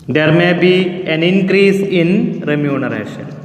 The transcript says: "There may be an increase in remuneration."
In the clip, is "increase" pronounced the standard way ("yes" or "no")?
yes